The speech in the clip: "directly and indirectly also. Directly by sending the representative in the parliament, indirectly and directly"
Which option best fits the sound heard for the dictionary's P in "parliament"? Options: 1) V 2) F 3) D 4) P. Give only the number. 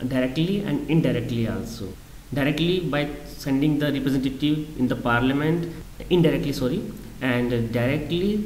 4